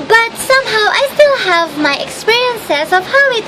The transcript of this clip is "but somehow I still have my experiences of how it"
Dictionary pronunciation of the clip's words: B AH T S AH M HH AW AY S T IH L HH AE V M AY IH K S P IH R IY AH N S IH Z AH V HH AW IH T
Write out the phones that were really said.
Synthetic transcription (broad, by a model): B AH T S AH M HH AW AY S T IH L HH AE V M AY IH K S P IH R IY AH N S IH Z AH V HH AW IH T